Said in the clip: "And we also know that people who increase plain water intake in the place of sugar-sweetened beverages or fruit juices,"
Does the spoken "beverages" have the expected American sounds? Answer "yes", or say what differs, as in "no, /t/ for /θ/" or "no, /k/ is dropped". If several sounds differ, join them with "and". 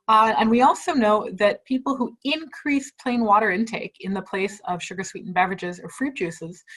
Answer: yes